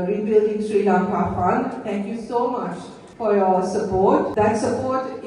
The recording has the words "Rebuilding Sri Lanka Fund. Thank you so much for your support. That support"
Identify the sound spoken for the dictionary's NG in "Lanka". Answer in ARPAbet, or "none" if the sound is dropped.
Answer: none